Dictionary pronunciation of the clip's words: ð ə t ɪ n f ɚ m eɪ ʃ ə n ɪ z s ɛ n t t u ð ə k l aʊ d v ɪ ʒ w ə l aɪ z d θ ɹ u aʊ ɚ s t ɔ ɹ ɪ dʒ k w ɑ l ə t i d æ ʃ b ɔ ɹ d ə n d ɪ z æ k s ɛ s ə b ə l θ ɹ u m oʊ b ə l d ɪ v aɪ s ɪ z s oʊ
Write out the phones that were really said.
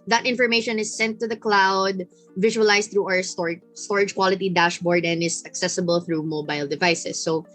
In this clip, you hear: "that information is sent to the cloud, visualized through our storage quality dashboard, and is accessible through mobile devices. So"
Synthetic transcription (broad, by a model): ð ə t ɪ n f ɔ m eɪ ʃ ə n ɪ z s ɛ n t t u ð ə k l aʊ d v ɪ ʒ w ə l aɪ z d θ ɹ u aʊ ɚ s t ɔ ɹ ɪ dʒ k w ɑ l ə t i d æ ʃ b ɔ ɹ d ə n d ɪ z æ k s ɛ s ə b ə l θ ɹ u m oʊ b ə l d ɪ v aɪ s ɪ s oʊ